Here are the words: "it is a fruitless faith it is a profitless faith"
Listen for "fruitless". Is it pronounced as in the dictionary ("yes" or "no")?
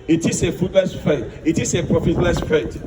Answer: no